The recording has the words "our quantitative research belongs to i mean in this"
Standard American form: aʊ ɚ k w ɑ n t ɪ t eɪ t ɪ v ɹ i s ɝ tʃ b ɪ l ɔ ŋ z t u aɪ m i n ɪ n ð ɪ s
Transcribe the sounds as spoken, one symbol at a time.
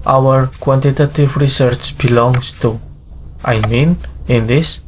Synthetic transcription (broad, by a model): aʊ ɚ k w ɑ n t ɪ t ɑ t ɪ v ɹ i s ɝ tʃ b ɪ l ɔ ŋ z t u aɪ m i n ɪ n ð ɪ s